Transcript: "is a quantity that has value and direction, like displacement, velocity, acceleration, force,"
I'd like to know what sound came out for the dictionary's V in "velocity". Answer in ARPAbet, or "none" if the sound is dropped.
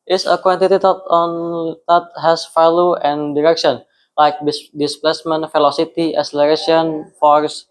F